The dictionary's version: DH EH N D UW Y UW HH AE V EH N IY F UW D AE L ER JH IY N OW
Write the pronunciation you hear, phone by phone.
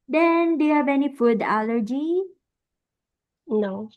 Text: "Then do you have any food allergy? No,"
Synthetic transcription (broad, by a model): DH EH N D UW Y UW HH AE V EH N IY F UW D AE L ER JH IY N OW